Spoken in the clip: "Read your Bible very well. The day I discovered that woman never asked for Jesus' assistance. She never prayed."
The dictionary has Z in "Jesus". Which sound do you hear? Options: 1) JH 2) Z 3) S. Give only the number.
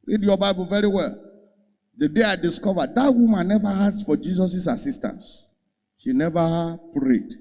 3